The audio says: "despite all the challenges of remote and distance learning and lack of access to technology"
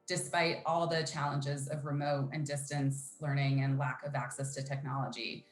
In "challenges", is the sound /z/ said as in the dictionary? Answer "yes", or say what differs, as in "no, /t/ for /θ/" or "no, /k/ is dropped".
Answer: yes